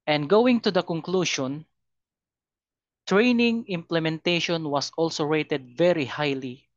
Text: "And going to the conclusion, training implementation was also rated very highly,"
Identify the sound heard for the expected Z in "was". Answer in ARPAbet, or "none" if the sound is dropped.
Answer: S